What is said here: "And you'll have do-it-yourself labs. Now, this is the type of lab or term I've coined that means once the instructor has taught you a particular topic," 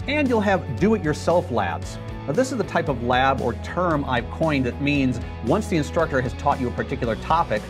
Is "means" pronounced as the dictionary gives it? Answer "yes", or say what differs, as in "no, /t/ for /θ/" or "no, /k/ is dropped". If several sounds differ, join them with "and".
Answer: yes